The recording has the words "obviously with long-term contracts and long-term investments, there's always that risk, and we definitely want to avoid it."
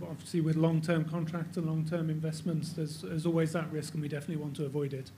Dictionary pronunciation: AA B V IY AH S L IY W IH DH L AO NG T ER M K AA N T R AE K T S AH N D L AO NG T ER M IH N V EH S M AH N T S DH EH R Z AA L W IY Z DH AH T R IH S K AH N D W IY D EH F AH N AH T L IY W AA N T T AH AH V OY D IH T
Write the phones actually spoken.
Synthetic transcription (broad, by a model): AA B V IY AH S L IY W IH DH L AO NG T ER M K AA N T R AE K T S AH N L AO NG T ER M IH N V EH S M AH N T S DH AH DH Z AA L W IY Z DH AH T R IH S K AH N W IY D EH F AH N AH T L IY W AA N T T AH AH V OY D IH T